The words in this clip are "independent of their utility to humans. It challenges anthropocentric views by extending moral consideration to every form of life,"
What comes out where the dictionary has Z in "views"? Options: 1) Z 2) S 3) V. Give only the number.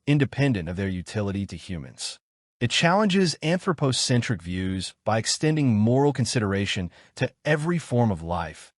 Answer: 1